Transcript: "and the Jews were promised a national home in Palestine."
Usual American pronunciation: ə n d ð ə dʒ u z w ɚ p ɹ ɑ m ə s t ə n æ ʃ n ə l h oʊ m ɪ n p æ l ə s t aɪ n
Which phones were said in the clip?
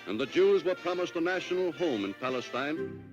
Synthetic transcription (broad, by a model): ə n ð ə dʒ u z w ɚ p ɹ ɑ m ə s t ə n æ ʃ n l h oʊ m ɪ n p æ l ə s t aɪ n